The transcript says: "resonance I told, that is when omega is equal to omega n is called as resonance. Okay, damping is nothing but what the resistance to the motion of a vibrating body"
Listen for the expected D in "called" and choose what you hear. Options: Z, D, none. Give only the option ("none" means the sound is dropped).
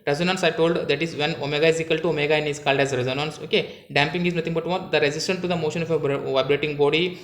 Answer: D